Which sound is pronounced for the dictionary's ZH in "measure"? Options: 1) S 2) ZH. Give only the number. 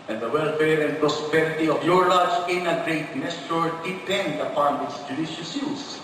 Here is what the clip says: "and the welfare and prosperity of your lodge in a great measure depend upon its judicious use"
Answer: 1